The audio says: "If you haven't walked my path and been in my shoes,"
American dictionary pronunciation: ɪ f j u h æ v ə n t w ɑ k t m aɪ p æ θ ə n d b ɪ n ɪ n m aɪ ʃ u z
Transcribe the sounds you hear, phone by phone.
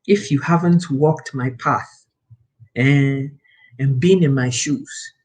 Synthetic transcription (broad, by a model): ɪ f j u h æ v ə n t w ɑ k t m aɪ p æ θ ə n b ɪ n ɪ n m aɪ ʃ u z